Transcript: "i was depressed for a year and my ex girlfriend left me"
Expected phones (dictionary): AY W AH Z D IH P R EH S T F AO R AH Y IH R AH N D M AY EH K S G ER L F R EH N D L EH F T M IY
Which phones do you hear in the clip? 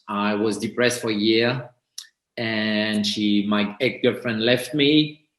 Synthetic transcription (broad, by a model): AY W AH Z D IH P R EH S T F AO R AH Y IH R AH N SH M AY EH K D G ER F R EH N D L EH F T M IY